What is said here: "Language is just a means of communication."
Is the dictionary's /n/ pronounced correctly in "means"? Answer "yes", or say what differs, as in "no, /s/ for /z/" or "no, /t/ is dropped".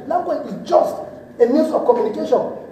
no, /n/ is dropped